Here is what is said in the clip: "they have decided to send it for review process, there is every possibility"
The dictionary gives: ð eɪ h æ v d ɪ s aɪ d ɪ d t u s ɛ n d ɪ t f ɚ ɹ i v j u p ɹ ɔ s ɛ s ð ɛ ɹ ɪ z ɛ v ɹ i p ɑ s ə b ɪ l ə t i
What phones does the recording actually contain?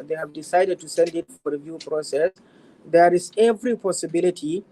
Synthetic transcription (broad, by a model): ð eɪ h æ v d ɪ s aɪ d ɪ d t u s ɛ n d ɪ t f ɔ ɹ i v j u p ɹ ɔ s ɛ s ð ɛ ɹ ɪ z ɛ v ɹ i p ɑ s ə b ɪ l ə t i